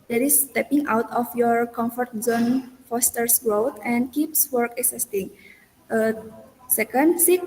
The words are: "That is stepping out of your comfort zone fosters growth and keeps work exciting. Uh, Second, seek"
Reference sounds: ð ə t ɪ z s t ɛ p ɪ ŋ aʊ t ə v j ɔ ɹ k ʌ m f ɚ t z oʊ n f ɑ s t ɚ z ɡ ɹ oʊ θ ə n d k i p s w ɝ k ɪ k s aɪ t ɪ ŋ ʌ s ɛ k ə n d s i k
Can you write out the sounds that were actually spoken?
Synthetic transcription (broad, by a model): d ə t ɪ s t ɛ p ɪ ŋ aʊ t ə f j ɔ ɹ k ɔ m f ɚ t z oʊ n f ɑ s t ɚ s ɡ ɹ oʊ t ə n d k i p s w ɝ k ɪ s s t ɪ ŋ ʌ s ɛ k ə n d s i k